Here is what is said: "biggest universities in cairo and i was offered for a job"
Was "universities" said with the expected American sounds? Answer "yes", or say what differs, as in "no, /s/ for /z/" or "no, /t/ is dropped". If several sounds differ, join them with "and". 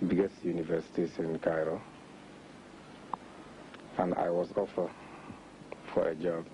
no, /s/ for /z/